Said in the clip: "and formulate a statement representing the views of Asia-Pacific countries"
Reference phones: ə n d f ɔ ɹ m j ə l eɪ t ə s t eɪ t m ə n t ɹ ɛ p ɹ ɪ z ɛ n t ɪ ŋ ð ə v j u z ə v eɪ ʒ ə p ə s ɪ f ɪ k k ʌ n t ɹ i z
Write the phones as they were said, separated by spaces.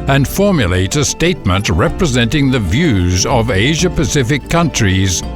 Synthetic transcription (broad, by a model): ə n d f ɔ ɹ m j ə l eɪ t ə s t eɪ t m ə n t ɹ ɛ p ɹ ɪ z ɛ n t ɪ ŋ ð ə v j u z ə v eɪ ʒ ə p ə s ɪ f ɪ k k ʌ n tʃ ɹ i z